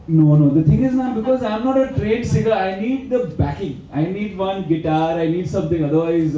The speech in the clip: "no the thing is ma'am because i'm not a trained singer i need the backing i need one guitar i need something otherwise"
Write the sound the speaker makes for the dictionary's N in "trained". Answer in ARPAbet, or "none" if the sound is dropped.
none